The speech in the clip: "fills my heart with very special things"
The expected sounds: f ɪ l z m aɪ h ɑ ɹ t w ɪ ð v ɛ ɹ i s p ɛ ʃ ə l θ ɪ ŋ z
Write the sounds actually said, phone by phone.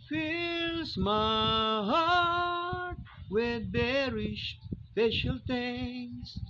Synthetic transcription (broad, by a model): f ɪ l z m aɪ h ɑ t w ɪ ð b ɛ ɹ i ʃ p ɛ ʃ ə l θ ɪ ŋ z